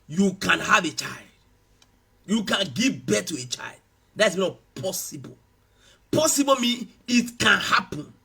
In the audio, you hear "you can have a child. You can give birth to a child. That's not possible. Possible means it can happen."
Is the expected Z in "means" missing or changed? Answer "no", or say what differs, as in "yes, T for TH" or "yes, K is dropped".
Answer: yes, Z is dropped